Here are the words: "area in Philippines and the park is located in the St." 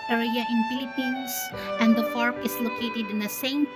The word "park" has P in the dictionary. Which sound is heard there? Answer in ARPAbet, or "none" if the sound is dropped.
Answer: F